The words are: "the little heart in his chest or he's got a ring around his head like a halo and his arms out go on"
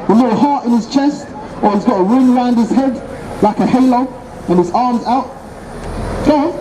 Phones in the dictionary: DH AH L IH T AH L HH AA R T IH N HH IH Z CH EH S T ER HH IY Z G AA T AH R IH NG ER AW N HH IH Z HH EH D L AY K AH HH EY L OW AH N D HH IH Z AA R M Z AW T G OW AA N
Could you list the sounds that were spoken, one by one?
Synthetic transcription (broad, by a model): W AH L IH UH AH HH AA R T IH N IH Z CH EH S T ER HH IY Z G AA T AH R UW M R AW N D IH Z HH EH D L AY K AH HH EY L OW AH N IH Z AA R M Z AW T G OW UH